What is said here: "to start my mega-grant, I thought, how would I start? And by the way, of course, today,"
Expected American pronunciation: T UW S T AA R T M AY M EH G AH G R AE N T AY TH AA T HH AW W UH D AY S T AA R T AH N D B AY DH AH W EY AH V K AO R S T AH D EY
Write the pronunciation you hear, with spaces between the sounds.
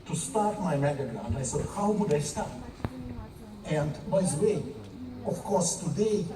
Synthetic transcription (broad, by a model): T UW S T AA R T M AY M EH G AH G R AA N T AY S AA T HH AW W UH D AY S T AA R T AH N D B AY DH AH W EY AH F K AO R S T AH D EY